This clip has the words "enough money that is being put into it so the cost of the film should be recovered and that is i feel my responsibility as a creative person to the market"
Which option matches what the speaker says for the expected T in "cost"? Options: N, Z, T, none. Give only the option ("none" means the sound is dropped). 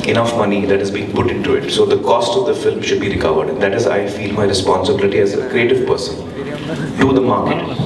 T